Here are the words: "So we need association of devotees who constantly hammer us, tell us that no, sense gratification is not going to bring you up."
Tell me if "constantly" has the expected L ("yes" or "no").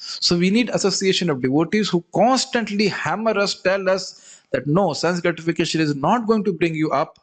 yes